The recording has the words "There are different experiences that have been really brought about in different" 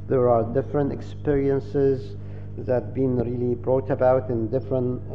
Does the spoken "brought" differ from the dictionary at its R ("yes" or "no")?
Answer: no